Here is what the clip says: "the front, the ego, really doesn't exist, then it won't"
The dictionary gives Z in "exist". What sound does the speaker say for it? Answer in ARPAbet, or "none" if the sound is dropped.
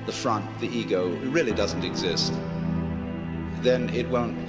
Z